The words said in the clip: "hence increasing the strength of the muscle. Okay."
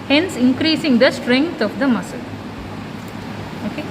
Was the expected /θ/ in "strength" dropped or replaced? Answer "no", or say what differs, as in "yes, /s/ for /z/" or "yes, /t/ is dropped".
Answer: yes, /t/ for /θ/